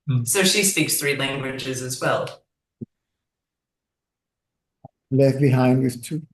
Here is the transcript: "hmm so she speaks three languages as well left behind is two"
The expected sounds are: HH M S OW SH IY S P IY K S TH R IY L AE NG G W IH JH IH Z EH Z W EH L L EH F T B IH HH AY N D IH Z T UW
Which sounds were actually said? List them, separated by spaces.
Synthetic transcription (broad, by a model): S OW SH IY S P IY K S TH R IY L AE NG G W IH JH IH Z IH Z W EH L L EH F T B IH HH AY N D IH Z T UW